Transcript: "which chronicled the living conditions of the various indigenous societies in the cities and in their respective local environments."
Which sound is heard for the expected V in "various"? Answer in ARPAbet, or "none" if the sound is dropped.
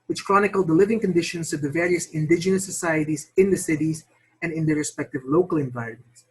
V